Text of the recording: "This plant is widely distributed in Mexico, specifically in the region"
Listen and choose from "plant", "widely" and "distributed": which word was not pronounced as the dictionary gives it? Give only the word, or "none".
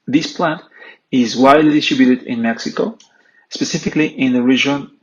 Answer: none